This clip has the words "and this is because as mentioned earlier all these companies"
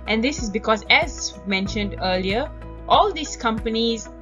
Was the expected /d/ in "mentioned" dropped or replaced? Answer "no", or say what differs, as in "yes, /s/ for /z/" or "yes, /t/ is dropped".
no